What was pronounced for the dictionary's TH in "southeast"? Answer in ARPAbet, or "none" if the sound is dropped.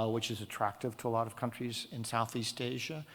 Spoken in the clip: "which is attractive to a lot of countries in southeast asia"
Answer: TH